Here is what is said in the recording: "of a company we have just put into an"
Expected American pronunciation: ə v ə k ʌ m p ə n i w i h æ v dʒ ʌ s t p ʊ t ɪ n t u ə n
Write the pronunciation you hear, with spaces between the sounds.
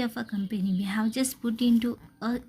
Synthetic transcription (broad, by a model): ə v ə k ʌ m p ə n i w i h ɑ w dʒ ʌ s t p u t ɪ n t u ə